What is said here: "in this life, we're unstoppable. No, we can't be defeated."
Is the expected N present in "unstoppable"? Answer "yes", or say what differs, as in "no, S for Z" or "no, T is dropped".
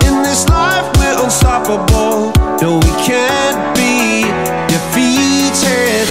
no, N is dropped